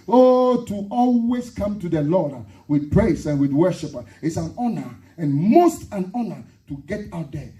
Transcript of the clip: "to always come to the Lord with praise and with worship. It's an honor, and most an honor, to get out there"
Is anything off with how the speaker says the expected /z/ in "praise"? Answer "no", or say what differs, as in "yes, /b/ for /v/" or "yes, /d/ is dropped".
yes, /s/ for /z/